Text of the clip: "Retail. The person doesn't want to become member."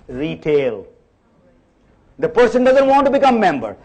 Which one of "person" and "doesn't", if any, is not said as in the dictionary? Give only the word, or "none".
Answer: none